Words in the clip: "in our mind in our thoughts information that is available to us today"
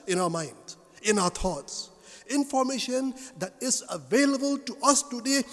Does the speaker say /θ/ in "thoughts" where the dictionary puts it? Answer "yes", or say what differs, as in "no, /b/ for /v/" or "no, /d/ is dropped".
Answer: no, /t/ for /θ/